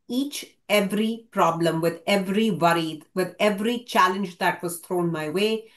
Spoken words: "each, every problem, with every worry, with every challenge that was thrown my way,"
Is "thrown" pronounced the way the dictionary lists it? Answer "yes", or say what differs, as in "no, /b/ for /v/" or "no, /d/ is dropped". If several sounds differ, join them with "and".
no, /t/ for /θ/